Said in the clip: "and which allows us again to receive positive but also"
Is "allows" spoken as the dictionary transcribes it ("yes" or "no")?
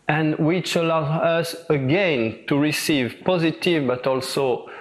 no